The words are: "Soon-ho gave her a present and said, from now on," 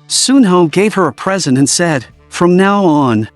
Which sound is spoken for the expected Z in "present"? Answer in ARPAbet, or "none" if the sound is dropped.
Z